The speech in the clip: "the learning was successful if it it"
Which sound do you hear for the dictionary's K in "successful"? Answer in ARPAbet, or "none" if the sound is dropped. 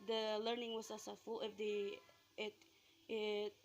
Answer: none